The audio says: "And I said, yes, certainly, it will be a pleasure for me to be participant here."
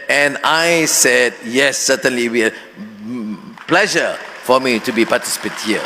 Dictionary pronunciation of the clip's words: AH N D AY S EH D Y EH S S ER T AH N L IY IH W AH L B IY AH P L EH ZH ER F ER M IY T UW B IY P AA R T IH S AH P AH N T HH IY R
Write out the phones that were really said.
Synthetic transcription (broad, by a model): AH N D AY S EH D Y EH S S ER T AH N L IY W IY AH P L EH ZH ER F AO M IY T UW B IY P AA T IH S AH P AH T HH IY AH